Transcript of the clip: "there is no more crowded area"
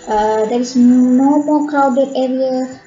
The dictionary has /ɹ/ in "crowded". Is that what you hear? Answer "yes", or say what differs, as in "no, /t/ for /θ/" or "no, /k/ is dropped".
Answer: no, /ɹ/ is dropped